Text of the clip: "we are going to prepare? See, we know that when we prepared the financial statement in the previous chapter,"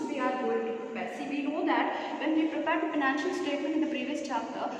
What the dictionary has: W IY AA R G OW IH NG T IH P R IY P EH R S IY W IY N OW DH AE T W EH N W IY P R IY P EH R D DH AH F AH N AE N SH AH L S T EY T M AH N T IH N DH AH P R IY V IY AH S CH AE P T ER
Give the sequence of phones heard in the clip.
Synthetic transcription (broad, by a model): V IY AA R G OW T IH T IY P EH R S IY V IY N OW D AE T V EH N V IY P R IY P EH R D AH F AH N AE N SH AH L S T EY T M AH N T IH N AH P R IY V IY AH S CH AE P T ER